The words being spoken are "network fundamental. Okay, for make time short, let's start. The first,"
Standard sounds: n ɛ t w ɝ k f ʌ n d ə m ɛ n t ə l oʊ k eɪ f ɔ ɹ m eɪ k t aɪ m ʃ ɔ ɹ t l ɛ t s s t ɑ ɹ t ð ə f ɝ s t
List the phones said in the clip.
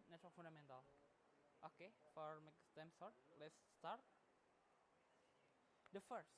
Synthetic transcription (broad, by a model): n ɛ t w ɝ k f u n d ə m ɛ n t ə l oʊ k eɪ f ɔ ɹ m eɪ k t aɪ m s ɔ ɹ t l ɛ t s s t ɑ ɹ t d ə f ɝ s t